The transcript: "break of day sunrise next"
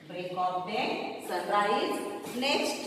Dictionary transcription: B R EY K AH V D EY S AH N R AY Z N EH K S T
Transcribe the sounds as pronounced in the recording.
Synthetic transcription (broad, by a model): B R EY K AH P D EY S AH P R AY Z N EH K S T